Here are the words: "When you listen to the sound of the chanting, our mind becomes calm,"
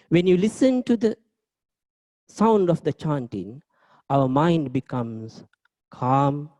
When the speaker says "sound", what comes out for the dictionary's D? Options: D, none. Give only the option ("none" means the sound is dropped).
D